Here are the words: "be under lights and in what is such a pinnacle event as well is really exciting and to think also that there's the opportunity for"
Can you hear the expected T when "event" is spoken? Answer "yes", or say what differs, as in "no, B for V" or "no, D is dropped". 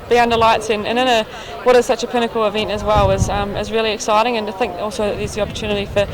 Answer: yes